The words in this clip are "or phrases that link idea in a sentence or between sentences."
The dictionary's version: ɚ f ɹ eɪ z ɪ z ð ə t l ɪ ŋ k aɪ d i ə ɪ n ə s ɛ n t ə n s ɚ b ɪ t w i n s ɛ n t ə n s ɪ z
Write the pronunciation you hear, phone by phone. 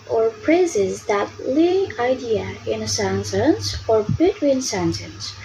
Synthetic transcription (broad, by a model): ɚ p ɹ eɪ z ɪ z ð ə t l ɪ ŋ aɪ d i ə ɪ n ə s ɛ n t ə n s ɚ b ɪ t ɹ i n s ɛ n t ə n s